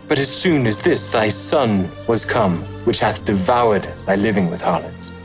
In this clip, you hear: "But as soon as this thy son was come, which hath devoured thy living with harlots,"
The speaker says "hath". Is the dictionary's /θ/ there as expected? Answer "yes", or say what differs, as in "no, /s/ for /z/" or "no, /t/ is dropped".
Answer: yes